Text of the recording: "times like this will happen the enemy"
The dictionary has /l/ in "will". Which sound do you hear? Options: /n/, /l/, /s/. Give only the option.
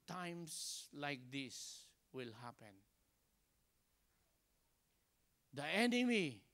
/l/